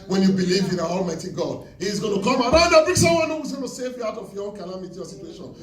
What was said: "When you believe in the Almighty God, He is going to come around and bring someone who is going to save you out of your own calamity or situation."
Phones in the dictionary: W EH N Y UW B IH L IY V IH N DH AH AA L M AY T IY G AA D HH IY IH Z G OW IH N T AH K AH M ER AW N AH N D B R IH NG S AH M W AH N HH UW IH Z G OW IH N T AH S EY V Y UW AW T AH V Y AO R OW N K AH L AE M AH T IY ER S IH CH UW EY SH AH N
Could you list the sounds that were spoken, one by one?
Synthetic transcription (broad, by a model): W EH N Y UW B IH L IY V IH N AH AA L M AY T IY G AA D HH IY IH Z G OW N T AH K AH M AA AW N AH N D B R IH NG S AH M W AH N HH UW IH Z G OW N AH S EY V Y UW AW T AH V Y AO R OW N K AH L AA M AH T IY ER S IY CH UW EY SH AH N